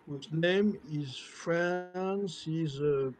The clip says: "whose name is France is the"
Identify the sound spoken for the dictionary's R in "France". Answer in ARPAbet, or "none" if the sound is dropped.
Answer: R